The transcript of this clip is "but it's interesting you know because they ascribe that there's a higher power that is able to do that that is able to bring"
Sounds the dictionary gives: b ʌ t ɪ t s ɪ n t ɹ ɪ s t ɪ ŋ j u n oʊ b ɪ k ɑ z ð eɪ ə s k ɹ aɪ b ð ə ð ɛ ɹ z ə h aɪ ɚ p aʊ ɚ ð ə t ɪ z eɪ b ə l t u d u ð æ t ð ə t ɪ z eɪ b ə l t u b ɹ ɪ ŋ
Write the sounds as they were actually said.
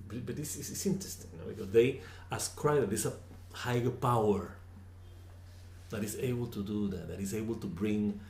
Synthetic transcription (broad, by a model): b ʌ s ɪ s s ɪ n t ɹ ɪ s t ɪ ŋ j n oʊ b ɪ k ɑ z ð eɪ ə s k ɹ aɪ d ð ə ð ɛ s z ə h aɪ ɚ p aʊ ɚ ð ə t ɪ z eɪ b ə l t u d u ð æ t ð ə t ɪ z eɪ b ə l t u b ɹ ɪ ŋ